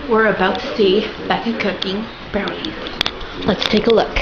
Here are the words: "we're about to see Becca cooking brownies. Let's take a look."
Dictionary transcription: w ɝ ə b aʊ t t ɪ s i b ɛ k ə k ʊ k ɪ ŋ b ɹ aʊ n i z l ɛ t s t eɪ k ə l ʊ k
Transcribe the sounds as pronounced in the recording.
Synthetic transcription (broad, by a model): w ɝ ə b aʊ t t ɪ s i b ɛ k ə k ʊ k ɪ ŋ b ɛ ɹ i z l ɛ t s t eɪ k ə l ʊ k